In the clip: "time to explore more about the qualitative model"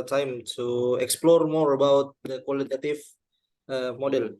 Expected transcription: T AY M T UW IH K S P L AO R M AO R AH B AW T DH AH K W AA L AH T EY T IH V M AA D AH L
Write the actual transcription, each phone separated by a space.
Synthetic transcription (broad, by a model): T AY M T UW IH K S P L AO R M AO R AH B AW T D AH K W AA L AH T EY T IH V M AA D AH L